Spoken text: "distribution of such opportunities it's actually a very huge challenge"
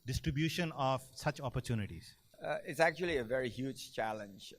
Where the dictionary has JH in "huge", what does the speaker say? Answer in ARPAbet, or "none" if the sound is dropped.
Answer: JH